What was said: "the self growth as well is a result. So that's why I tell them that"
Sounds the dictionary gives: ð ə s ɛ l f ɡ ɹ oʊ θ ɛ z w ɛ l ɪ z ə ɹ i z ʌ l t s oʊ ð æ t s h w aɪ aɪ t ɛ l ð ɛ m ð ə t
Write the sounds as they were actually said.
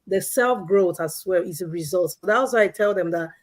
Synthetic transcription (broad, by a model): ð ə s ɛ l f ɡ ɹ oʊ θ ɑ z w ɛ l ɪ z ə ɹ i z ʌ l t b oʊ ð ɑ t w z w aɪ aɪ t ɛ l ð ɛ m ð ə t